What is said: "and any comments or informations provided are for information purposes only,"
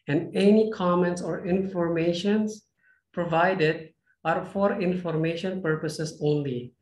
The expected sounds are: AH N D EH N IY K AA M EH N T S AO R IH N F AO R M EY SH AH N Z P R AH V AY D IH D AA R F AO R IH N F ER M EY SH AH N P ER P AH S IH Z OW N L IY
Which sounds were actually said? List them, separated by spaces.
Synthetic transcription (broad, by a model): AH N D EH N IY K AA M EH N T S AO R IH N F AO R M EY SH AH N S P R AH V AY D IH D AA R F AO R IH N F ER M EY SH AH N P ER P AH S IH S OW N L IY